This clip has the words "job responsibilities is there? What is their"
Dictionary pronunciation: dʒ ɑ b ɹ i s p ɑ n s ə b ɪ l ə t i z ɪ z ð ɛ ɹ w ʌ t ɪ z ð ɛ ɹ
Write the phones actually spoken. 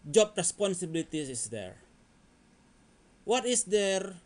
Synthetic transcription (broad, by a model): dʒ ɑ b ɹ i s p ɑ n s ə b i l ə t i ɪ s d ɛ ɹ w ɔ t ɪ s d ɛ ɹ